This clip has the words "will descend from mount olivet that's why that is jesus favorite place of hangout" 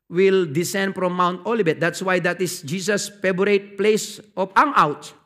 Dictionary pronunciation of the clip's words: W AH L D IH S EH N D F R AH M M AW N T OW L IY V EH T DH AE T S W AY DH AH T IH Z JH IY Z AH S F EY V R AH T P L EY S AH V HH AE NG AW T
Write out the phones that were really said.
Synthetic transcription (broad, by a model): W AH L D IH S EH N D F R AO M M AW N T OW L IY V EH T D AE T S W AY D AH T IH S JH IY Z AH S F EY B R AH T P L EY S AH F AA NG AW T